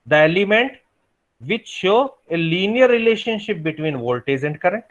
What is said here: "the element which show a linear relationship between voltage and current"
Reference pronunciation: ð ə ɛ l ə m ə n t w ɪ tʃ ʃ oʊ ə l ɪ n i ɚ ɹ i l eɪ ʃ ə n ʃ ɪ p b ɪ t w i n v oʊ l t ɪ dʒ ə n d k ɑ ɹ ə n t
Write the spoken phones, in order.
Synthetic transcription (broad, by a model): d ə ɛ l ə m ə n t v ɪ tʃ ʃ oʊ ə l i n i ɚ ɹ i l eɪ ʃ ə n ʃ ɪ p b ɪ t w i n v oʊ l t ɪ z ə n d k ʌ ɹ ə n t